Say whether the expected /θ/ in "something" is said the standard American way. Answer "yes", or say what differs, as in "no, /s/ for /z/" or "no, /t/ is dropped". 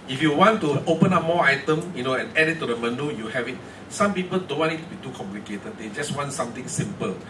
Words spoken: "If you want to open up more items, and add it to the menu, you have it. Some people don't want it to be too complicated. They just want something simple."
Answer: no, /t/ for /θ/